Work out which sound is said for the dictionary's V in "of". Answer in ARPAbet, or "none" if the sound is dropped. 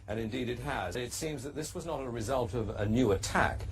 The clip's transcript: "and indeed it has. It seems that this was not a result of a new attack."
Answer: V